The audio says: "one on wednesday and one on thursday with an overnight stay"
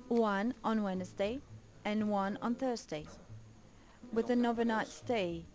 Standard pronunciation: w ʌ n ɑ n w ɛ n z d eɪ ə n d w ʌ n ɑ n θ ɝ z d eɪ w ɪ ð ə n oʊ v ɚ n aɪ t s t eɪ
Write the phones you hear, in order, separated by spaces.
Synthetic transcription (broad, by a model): w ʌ n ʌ n w ɛ n z d eɪ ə n w ʌ n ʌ n θ ɝ z d eɪ w ɪ ð ə n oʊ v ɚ n aɪ t s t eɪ